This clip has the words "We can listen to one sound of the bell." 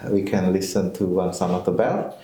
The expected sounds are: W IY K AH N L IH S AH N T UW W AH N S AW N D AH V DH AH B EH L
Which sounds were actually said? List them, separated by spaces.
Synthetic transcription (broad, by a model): W IY K AH N L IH S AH N T UW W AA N S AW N AH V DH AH B EH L